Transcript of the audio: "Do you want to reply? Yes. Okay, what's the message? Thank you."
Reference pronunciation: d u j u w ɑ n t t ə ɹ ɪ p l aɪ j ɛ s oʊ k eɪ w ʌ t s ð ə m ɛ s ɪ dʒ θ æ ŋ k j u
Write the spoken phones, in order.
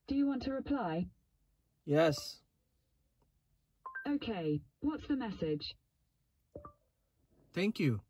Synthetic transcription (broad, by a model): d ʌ j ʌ w ɑ n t t ə ɹ ɪ p l aɪ j ɛ s oʊ k eɪ w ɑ t s ð ə m ɛ s ɪ dʒ θ æ ŋ k j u